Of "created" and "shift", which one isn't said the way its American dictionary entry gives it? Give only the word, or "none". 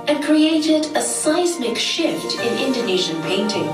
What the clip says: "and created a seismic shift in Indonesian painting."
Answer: none